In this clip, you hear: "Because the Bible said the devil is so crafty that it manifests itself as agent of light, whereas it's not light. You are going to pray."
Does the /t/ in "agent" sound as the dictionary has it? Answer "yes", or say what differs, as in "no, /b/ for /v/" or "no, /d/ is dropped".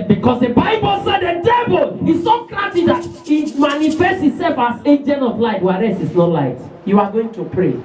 no, /t/ is dropped